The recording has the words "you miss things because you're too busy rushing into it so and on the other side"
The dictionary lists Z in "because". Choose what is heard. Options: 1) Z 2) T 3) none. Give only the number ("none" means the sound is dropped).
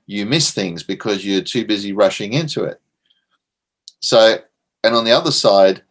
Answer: 1